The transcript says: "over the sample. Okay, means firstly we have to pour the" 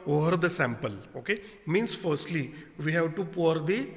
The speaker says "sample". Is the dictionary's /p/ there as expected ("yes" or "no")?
yes